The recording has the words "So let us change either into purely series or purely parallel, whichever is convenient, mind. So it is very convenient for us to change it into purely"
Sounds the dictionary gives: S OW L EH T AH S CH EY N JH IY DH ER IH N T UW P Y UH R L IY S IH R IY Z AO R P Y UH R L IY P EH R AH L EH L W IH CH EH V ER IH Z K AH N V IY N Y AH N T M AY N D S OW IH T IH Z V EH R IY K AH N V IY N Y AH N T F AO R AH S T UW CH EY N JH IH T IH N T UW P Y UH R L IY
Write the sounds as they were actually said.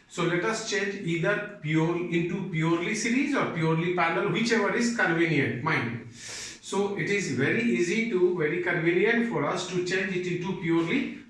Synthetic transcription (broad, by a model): S OW L EH T AH S CH EY N JH IY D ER IH N T UW P Y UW R L IY S IH R IY Z AO R P Y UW R L IY P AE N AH L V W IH CH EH V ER IH Z K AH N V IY N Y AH N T M AY N D S OW IH T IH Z V EH R IY K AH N V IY N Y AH N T F AO R AH S T UW CH EY N JH IH T IH N T UW P Y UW R L IY